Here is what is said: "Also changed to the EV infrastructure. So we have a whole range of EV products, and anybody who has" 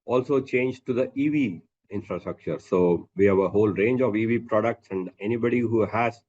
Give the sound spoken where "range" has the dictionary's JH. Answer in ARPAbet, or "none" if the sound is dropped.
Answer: JH